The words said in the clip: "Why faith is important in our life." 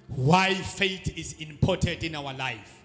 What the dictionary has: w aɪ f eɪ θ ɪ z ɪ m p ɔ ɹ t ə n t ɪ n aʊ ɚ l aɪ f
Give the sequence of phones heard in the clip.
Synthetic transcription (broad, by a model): w aɪ f eɪ t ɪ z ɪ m p ɔ t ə n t ɪ n aʊ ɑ l aɪ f